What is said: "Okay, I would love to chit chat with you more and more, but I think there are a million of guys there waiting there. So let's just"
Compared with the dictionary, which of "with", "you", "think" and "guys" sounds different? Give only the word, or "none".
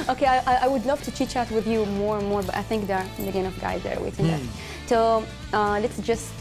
none